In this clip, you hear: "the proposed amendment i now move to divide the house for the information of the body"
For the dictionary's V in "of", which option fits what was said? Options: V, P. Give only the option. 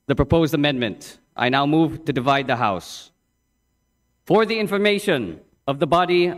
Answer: V